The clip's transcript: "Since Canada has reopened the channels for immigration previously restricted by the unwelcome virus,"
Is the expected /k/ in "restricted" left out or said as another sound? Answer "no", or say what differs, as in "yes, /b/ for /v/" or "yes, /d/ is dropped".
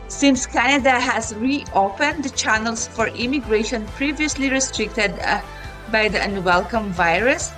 no